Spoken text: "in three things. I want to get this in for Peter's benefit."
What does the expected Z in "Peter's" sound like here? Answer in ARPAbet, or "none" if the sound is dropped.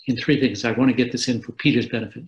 Z